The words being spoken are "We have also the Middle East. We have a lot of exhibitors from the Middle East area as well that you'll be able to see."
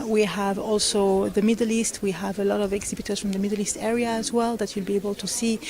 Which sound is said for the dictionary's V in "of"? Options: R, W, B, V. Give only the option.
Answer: V